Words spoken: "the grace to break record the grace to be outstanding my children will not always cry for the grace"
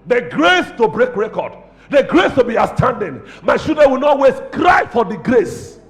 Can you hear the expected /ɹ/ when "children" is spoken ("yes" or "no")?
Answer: no